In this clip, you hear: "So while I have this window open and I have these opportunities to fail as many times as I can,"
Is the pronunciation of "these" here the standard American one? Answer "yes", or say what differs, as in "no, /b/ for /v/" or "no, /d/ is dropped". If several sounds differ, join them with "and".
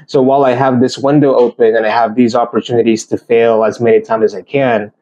yes